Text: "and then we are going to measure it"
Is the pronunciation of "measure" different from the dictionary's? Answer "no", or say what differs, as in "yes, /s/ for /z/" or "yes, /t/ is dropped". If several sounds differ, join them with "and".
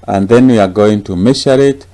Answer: yes, /ʃ/ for /ʒ/